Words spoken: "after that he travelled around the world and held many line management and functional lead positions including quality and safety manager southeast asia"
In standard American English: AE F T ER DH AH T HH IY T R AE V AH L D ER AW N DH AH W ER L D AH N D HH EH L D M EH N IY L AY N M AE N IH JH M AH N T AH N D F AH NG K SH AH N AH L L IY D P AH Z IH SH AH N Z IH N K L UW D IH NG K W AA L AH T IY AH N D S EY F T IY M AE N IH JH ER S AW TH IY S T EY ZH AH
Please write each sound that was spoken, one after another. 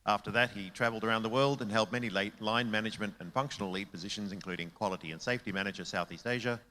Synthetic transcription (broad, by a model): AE F T ER DH AH T HH IY T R AE V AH L D ER AW N DH AH W ER L D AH N HH EH L D M EH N IY L AY N M AE N IH JH M AH N T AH N F AH NG K SH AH N L L IY D P AH Z IH SH AH N Z IH N K L UW D IH NG K W AA L AH T IY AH N S EY F T IY M AE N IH JH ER S AW TH IY S T EY ZH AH